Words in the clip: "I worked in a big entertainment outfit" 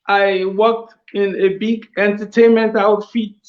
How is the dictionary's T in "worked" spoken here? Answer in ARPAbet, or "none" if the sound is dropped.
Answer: T